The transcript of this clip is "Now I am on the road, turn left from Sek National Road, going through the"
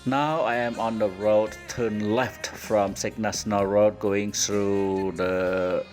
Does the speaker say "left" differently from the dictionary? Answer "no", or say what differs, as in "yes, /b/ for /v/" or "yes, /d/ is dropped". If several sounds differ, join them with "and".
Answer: no